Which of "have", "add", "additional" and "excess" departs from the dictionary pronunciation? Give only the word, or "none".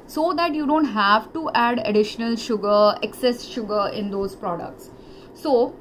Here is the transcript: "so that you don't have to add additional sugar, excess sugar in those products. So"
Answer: none